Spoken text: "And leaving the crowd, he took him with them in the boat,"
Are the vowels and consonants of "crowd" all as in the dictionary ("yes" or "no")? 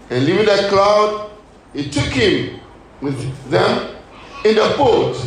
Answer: no